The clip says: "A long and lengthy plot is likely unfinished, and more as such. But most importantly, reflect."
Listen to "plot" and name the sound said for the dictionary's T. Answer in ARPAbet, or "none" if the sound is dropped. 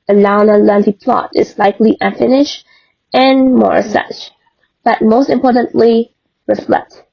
T